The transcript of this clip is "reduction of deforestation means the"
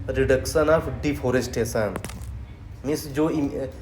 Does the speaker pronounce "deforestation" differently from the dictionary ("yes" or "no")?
yes